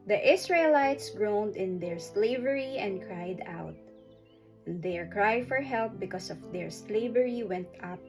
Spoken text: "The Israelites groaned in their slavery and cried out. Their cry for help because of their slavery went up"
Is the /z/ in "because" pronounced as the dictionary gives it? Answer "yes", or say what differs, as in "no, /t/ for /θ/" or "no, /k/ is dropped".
no, /s/ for /z/